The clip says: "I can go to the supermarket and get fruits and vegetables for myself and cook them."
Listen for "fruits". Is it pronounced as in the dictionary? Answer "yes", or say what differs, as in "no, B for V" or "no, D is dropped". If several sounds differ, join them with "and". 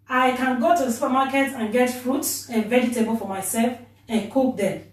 yes